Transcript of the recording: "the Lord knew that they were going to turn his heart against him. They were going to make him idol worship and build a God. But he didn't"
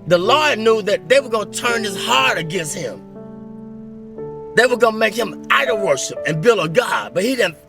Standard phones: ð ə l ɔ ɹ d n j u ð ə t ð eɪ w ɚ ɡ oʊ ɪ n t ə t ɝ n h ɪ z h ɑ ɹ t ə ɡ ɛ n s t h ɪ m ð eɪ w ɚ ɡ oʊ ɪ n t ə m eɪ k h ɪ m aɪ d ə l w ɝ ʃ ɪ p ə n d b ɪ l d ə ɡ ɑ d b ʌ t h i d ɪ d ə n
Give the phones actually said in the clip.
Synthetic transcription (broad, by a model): ð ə l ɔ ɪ n j u ð ə t ð eɪ w ɚ ɡ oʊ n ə t ɝ n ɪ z h ɑ ɹ t ə ɡ ɛ n s t h ɪ m ð eɪ w ɚ ɡ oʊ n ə m eɪ k h ɪ m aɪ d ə w ɝ ʃ ɪ p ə n b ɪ l ə ɡ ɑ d b ʌ t h i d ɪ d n